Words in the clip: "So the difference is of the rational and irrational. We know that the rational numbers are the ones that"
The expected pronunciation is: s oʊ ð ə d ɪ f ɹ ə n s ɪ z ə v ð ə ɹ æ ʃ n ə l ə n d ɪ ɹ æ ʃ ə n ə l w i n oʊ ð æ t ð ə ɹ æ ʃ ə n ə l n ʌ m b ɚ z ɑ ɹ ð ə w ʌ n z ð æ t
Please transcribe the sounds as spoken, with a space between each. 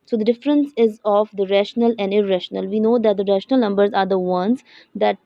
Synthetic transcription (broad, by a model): s oʊ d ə d ɪ f ɹ ə n s ɪ z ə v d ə ɹ æ ʃ n ə l ə n d ɪ ɹ æ ʃ ə n ə l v i n oʊ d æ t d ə ɹ æ ʃ ə n ə l n ʌ m b ɚ z ɑ ɹ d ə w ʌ n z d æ t